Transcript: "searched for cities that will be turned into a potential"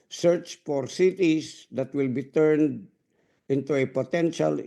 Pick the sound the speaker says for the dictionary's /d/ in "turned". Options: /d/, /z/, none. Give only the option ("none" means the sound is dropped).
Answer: /d/